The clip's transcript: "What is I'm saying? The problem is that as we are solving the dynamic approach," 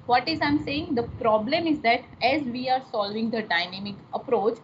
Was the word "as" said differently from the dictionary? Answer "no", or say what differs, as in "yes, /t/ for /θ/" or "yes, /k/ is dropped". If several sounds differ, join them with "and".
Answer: no